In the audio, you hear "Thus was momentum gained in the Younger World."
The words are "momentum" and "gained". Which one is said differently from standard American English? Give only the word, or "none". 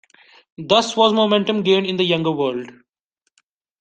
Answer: gained